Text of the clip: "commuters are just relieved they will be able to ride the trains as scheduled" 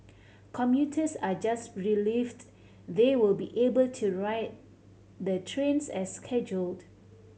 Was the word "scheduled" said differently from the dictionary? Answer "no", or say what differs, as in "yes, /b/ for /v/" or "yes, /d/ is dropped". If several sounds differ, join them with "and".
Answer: no